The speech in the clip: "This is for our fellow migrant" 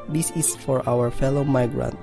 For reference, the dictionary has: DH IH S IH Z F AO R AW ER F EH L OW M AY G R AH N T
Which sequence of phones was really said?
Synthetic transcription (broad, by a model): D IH S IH S F AO R AW ER F EH L OW M AY G R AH N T